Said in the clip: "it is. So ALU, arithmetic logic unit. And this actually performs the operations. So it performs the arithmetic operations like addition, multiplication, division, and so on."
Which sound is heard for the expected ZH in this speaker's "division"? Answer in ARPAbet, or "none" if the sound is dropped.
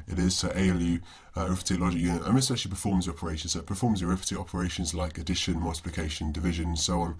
ZH